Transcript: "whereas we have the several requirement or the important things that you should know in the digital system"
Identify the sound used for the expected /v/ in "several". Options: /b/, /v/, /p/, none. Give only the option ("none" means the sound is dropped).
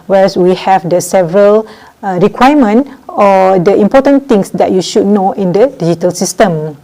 /v/